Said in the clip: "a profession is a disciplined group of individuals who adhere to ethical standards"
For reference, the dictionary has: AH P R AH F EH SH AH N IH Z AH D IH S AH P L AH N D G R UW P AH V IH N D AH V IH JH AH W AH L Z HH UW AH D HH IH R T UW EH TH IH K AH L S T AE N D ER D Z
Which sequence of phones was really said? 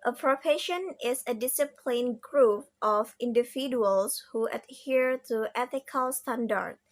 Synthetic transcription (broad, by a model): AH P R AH P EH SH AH N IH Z AH D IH S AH P L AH N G R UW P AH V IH N D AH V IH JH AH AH L S HH UW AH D HH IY R T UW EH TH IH K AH L S T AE N D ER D